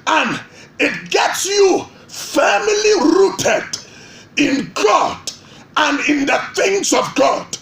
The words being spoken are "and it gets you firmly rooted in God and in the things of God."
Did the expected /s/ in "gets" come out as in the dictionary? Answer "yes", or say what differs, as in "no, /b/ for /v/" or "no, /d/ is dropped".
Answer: yes